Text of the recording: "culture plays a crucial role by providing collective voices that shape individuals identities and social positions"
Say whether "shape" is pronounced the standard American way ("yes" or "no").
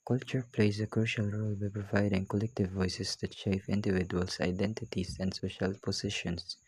no